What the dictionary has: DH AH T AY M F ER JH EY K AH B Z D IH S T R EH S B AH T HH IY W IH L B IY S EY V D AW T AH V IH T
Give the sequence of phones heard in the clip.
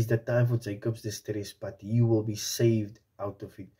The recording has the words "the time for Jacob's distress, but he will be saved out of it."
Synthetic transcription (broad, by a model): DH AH T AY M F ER JH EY K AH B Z D IH S T R EH S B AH T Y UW W IH L B IY S EY V D AW T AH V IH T